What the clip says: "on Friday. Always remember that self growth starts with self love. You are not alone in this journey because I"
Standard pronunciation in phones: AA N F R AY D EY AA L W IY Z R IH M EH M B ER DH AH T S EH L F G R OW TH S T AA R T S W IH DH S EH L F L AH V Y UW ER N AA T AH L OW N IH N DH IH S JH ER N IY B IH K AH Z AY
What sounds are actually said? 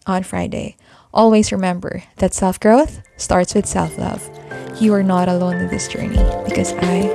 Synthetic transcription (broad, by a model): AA N F R AY D EY AA L W IY Z R IH M EH M B ER DH AH T S EH L F G R OW TH S T AA R T S W IH DH S EH L F L AH V Y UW ER N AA T AH L OW N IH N DH IH S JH ER N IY B IH K AH Z AY